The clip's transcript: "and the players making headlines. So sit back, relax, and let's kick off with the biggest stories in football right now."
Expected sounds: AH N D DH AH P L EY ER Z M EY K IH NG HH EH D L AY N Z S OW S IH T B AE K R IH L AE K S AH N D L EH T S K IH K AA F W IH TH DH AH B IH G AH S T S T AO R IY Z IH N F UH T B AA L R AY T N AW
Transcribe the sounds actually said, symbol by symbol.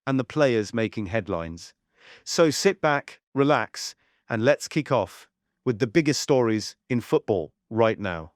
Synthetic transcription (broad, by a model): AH N DH AH P L EY ER Z M EY K IH NG HH EH D L AY N Z S OW S IH T B AE K R IH L AE K S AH N L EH T S K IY K AA F W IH DH AH B IH G AH S T S T AO R IY Z IH N F UH T B AA L R AY T N AW